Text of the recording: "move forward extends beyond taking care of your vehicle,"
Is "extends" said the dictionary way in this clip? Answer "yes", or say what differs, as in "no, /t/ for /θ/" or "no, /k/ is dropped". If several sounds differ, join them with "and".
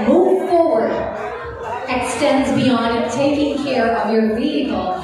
yes